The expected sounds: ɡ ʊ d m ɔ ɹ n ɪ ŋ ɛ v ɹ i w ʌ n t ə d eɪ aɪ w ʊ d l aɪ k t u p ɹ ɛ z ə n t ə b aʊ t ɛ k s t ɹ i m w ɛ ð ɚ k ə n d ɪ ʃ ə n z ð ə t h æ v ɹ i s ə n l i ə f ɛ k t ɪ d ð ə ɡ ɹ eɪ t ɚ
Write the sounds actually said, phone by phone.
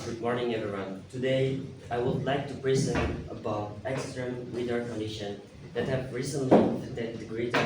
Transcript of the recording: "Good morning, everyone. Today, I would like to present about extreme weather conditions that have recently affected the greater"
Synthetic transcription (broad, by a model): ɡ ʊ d m ɔ ɹ n ɪ ŋ ɛ v ɹ i w ʌ n t ə d eɪ aɪ w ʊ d l aɪ k t u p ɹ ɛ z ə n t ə b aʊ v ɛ k s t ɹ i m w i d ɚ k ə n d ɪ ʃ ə n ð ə t h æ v ɹ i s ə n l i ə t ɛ t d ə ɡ ɹ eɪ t